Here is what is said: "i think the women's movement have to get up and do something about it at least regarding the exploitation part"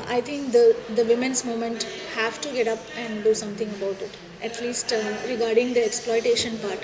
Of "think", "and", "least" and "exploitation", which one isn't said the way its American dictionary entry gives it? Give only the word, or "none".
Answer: think